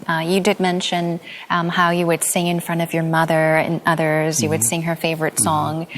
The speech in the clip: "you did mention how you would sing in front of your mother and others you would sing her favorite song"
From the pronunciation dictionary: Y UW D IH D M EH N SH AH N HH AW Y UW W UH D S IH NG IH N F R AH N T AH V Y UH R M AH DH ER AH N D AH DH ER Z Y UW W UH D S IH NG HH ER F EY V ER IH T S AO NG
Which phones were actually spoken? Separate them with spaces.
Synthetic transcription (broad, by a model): Y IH D IH D M EH N SH AH N HH AW Y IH W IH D S IH NG IH N F R AH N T AH V Y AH R M AH DH ER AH N AH DH ER Z Y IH W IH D S IH NG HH ER F EY V ER IH T S AO NG